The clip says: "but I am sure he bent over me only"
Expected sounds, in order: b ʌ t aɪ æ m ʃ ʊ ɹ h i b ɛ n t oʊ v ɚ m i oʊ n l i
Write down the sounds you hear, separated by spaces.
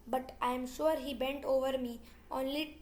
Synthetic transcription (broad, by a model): b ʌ t aɪ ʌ m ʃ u ɹ h i b ɛ n t oʊ v ɚ m i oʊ n l i